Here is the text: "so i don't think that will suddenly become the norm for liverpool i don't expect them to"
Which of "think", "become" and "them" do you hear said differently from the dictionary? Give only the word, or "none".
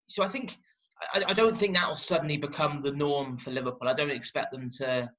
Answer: none